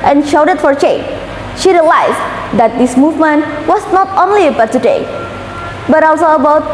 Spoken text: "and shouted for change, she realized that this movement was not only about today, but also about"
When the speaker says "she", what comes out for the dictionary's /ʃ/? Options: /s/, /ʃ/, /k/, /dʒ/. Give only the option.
/ʃ/